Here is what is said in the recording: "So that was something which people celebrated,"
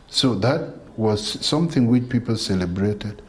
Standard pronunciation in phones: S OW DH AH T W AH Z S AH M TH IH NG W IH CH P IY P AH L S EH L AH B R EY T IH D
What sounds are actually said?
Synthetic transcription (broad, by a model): S OW DH AH T W AH Z S AH M TH IH NG W IH CH P IY P AH L S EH L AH B R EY T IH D